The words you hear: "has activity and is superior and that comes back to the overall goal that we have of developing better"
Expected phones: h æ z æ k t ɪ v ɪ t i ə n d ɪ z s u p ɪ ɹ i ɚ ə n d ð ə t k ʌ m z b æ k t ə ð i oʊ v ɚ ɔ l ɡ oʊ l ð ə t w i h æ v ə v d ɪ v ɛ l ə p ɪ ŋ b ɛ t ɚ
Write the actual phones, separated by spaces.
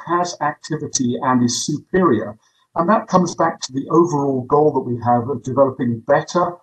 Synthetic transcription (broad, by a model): h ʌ z æ k t ɪ v ɪ t i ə n ɪ z s u p ɪ ɹ i ɚ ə n ð ə t k ʌ m z b æ k t ə ð i oʊ v ɚ ɔ l ɡ oʊ l ð ə t w i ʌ v ə v d ɪ v ɛ l ə p ɪ ŋ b ɛ t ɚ